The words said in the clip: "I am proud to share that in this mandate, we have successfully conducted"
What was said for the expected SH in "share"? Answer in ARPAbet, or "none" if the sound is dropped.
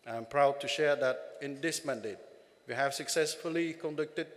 SH